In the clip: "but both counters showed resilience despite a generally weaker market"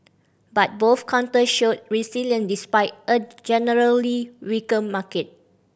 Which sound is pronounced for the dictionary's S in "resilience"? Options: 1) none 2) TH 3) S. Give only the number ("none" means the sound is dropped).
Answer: 1